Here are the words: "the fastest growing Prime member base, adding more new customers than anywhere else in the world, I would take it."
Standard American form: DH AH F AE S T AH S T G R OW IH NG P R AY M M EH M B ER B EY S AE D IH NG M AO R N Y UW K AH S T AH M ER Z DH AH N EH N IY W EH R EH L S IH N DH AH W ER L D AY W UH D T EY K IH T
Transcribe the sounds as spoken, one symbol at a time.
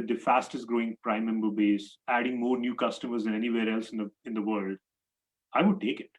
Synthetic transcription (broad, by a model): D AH F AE S T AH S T G R OW IH NG P R AY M M EH M B ER B EY S AE D IH NG M AO R N Y UW K AH S T AH M ER Z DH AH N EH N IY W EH R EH L S IH N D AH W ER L D AY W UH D T EY K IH T